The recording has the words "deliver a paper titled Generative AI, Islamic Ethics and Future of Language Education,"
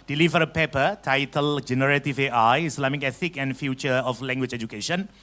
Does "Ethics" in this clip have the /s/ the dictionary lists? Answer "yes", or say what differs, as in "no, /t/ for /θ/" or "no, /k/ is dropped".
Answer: no, /s/ is dropped